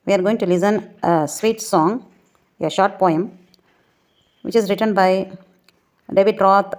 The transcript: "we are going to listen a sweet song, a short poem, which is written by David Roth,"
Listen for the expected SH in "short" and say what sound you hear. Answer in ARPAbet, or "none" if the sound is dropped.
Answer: SH